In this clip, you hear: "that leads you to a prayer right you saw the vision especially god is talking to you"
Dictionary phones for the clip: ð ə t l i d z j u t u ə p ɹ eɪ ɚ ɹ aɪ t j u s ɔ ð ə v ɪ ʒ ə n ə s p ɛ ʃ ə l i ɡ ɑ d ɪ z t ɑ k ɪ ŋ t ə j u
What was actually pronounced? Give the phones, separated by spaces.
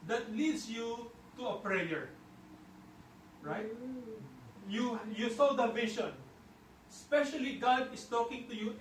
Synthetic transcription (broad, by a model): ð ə t l i d s j u t u ə p ɹ eɪ ɚ ɹ aɪ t j u s ɔ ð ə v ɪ ʃ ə n s p ɛ ʃ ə l i ɡ ɑ d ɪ s t ɑ k ɪ ŋ t ə j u